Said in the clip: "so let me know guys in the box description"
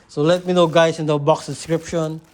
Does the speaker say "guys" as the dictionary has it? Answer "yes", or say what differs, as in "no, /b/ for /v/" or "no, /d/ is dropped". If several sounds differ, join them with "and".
no, /s/ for /z/